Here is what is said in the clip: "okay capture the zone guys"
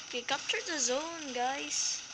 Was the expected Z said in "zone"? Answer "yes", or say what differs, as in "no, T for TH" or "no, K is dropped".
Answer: yes